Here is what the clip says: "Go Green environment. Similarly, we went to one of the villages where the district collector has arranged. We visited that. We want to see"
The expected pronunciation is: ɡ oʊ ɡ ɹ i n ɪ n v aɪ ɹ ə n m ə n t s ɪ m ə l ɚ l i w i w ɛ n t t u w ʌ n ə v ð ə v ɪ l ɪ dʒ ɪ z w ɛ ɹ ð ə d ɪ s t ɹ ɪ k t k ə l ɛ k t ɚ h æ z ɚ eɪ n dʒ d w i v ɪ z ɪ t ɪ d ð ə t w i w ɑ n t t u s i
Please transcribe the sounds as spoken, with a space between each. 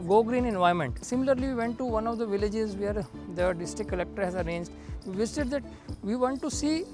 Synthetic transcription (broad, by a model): ɡ oʊ ɡ ɹ i n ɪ n v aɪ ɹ m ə n t s ɪ m ə l ɚ l i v i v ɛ n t t u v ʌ n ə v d ə v ɪ l ɪ dʒ ɪ z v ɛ ɹ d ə d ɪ s t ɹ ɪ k k ə l ɛ k t ɚ h æ z ɚ eɪ n dʒ d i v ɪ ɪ s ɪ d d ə t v i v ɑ n t t u s i